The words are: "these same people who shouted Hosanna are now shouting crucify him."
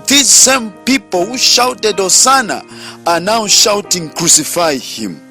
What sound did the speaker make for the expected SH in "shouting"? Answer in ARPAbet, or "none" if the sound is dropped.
SH